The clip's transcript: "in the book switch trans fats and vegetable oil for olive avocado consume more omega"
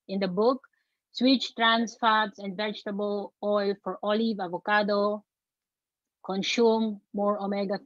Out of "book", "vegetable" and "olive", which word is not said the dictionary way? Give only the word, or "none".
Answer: none